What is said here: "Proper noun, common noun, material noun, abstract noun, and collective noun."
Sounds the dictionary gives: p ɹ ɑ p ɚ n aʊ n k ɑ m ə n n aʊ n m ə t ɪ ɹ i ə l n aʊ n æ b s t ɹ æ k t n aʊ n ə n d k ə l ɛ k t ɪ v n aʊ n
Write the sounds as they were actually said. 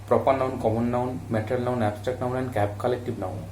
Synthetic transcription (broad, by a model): p ɹ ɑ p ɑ n aʊ n k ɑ m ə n n aʊ n m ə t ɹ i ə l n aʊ n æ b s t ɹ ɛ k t n aʊ n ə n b k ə l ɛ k t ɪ b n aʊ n